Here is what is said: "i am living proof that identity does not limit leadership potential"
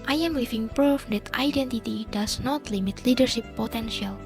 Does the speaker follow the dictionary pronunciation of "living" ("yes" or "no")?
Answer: no